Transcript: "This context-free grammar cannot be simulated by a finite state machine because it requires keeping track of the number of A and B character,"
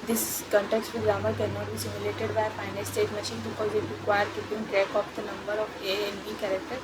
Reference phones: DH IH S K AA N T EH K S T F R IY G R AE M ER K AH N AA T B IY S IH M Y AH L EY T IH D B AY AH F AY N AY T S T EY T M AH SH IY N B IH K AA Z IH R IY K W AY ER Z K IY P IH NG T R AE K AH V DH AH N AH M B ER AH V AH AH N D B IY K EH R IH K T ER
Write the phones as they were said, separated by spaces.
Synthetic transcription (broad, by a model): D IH S K AA N T EH K S T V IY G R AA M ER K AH N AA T B IY S IH M Y AH L EY T IH D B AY AH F AY N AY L S T EY T M AH SH IY N B IH K AA Z IH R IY K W AY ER K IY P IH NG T R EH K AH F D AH N AH M B ER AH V AH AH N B IY K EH R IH K T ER